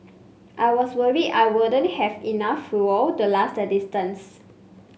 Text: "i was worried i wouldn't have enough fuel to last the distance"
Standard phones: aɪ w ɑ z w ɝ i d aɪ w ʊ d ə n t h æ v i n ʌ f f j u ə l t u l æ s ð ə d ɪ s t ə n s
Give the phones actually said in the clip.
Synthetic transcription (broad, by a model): aɪ w ɑ s w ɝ i aɪ w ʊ d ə n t h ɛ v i n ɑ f f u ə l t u l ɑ s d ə d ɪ s t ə n s